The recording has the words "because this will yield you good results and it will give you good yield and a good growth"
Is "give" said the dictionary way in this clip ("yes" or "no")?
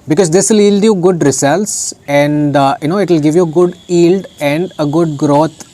yes